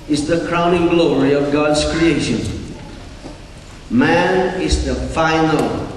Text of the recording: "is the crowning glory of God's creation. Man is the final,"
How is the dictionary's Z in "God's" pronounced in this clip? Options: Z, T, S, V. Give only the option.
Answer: S